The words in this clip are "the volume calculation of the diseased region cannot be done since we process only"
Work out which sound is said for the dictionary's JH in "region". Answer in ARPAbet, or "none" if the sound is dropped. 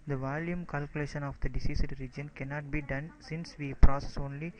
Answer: JH